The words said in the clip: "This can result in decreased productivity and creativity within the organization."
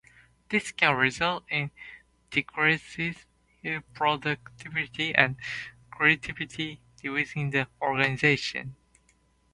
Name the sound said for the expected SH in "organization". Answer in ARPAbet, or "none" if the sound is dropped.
SH